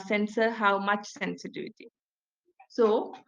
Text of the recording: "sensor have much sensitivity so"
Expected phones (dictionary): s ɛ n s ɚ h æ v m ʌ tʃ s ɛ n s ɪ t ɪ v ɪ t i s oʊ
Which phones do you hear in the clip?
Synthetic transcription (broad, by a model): s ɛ n s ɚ h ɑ w m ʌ tʃ s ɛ n s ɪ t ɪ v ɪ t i s oʊ